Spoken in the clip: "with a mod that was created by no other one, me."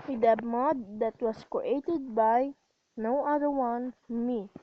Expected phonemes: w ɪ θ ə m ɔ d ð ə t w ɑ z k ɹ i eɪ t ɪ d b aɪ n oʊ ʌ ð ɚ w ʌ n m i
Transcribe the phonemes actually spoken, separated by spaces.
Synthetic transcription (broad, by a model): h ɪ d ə m ɔ d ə t w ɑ s k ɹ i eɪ t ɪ d b aɪ n oʊ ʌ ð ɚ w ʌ n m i